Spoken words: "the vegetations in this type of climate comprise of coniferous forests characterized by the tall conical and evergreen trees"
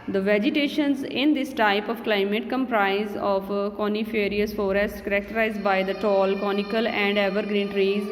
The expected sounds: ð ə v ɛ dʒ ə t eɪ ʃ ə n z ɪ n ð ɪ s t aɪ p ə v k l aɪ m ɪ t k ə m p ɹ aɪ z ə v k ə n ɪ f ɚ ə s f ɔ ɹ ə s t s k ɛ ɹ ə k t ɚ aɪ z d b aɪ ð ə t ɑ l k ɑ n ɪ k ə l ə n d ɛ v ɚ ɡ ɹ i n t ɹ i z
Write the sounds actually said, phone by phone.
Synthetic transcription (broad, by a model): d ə v ɛ dʒ ə t eɪ ʃ ə n z ɪ n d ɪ s t aɪ p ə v k l aɪ m ɪ t k ə m p ɹ aɪ z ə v k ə n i f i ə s f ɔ ɹ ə s t k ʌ ɹ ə k t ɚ aɪ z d b aɪ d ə t ɑ l k ɑ n ɪ k ə l ə n d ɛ v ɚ ɡ ɹ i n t ɹ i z